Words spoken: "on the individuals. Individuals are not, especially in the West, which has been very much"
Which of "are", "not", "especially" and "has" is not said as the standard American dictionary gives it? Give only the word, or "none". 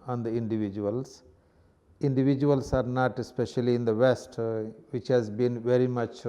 none